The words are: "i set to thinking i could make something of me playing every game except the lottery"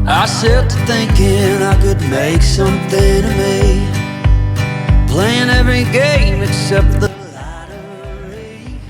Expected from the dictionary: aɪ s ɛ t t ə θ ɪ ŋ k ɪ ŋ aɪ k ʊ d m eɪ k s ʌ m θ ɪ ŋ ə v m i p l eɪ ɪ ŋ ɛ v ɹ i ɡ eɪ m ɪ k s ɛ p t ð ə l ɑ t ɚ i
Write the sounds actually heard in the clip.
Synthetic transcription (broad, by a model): aɪ s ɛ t t ə θ ɪ ŋ k ɪ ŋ aɪ k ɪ d m eɪ k s ʌ m θ ɪ ŋ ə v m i p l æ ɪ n ɛ v ɹ i ɡ eɪ m ɪ k s ɛ p t ð ə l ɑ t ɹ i